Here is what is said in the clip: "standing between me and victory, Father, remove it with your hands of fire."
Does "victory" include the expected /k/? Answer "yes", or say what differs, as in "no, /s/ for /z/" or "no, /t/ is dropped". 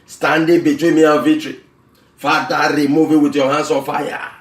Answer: no, /k/ is dropped